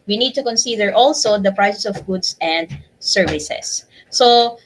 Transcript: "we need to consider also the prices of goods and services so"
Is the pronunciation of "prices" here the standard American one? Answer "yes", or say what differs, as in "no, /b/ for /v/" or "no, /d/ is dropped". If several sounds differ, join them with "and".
no, /s/ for /z/